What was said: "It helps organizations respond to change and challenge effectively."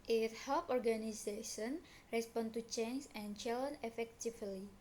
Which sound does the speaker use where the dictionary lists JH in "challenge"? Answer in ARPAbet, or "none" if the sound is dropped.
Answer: none